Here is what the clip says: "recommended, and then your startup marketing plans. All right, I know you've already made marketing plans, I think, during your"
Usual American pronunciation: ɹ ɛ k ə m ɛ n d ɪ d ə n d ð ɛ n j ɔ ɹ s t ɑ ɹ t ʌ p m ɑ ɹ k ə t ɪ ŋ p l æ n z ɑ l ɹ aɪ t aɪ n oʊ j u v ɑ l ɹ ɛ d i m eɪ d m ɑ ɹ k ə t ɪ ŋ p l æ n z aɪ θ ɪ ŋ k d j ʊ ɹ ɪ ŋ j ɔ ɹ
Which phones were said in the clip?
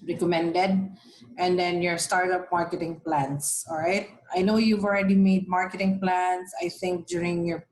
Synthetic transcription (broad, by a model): ɹ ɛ k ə m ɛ n d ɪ d ə n d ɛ n j ɔ ɹ s t ɑ ɹ t ʌ p m ɑ ɹ k ə t ɪ ŋ p l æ n s ɑ l ɹ aɪ t aɪ n oʊ j u v ɑ l ɹ ɛ d i m eɪ d m ɑ ɹ k ə t ɪ ŋ p l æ n s aɪ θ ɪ ŋ k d j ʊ ɹ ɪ ŋ j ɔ ɹ